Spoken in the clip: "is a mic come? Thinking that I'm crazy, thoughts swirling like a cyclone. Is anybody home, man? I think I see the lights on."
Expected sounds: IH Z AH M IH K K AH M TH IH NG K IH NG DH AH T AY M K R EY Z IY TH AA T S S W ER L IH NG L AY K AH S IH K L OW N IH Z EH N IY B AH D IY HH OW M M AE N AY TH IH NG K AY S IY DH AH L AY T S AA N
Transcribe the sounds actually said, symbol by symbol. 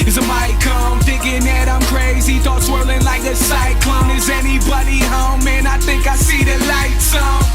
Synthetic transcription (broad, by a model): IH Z AH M IH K K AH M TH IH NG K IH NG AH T AY M K R EY Z IY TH AA T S S W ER L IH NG L AY K AH S IH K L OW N IH Z EH N IY B AH D IY HH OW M M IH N AY TH IH NG K AY S IY DH AH L AY T S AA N